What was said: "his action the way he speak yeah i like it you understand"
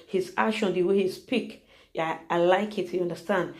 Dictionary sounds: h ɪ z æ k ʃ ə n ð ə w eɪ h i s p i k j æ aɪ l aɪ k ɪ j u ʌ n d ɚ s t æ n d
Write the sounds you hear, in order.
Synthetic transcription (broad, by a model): h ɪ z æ ʃ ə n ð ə w eɪ h i s p i k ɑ aɪ l aɪ k ɪ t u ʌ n d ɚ s t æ n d